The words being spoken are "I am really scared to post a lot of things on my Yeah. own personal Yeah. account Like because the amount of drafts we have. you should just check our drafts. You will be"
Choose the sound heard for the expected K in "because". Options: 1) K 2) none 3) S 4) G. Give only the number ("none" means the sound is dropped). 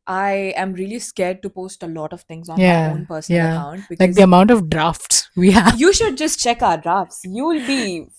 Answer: 2